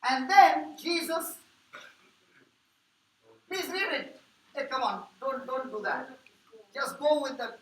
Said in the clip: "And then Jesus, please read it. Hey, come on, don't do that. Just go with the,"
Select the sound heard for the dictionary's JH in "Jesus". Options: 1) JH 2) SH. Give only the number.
1